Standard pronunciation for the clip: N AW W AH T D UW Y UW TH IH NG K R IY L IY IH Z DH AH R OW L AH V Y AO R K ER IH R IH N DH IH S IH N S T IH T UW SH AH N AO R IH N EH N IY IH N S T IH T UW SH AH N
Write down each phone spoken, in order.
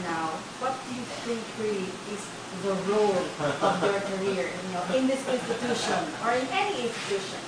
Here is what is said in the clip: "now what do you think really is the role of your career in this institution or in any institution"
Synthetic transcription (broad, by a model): N AW W AH T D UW Y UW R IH K R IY IY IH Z DH AH R OW L AH V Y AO R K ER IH R IH N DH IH S IH N S T IH T UW SH AH N AO R IH N EH N IY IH N S T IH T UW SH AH N